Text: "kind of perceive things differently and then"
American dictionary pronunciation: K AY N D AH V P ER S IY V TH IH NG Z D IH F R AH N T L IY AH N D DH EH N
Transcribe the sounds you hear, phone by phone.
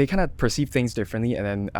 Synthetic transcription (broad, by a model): K AY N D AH P ER S IY V TH IH NG Z D IH F R AH N T L IY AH N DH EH N